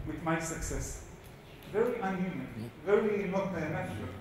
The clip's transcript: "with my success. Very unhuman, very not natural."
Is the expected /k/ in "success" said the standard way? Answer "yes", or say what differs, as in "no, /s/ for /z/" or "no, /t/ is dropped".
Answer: yes